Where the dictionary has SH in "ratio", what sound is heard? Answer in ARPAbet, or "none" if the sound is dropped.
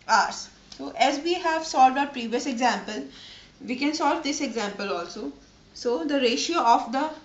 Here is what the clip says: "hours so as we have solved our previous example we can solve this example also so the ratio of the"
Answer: SH